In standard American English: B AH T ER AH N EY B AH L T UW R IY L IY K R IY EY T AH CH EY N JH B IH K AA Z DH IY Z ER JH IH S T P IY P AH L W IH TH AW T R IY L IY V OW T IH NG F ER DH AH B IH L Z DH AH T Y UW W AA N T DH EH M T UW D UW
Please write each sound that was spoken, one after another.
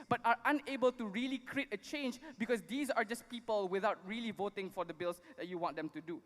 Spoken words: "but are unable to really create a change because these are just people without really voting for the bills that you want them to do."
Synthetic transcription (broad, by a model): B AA T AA AH N EY B AH L T UW R IY L IY K R IY EY T AH CH EY N JH B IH K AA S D IY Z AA JH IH S P IY P AH L W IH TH AW T R IY L IY V OW T IH NG F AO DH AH B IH L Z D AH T Y UW W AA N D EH M T UW D UW